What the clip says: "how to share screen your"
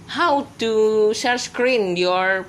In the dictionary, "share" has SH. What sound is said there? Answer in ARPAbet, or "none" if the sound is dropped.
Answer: S